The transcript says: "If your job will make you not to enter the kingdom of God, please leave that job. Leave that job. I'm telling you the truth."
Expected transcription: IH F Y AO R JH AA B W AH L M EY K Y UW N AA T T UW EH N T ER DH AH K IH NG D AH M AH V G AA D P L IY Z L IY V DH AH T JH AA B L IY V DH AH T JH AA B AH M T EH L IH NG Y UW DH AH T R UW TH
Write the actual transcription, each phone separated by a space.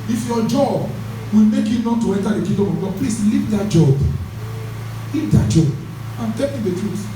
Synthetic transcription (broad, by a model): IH F Y AO JH AA B W AH L M EY K Y UW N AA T T UW EH N T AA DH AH K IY D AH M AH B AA P L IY S L IY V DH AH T JH AA B L IY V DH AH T JH AA B AH M T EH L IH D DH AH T R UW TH